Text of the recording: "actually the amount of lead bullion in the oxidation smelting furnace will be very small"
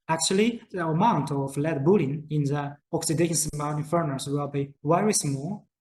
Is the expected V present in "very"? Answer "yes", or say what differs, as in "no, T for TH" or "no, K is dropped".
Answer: no, W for V